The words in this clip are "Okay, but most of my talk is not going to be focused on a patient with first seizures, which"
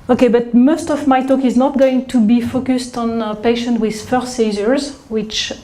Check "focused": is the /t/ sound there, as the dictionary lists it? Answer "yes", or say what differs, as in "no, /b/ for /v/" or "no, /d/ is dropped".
yes